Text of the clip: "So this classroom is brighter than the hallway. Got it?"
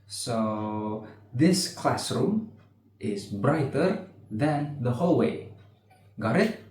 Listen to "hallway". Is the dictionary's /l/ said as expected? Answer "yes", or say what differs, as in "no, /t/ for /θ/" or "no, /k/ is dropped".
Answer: yes